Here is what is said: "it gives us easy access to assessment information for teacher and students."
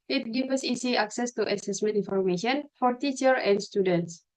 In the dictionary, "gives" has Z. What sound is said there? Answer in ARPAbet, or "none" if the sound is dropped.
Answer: none